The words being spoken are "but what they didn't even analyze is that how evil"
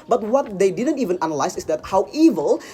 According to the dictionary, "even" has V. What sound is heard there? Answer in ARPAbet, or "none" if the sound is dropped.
V